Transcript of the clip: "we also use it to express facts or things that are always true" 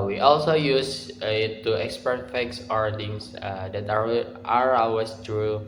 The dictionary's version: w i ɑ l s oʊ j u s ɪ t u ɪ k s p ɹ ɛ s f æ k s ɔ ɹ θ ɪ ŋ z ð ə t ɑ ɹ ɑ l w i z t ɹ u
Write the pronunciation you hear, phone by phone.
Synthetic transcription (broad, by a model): w i ɑ l s oʊ j u s ɪ t u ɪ k s p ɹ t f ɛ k s ɔ ɹ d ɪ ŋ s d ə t ɑ ɹ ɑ w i s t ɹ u